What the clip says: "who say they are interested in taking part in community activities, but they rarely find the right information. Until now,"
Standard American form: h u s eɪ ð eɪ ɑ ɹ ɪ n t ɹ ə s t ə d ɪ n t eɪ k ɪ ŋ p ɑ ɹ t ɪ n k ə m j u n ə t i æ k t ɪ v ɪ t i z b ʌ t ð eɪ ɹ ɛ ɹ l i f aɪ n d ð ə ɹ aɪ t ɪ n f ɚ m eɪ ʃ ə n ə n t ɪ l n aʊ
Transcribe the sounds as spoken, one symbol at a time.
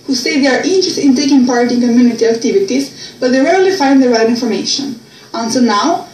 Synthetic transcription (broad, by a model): h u s eɪ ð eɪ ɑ ɹ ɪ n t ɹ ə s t ɪ n t eɪ k ɪ ŋ p ɑ ɹ t ɪ n k ə m j u n ə t i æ k t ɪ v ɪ t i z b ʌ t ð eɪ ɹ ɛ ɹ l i f aɪ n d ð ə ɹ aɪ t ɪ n f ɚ m eɪ ʃ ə n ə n s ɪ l n aʊ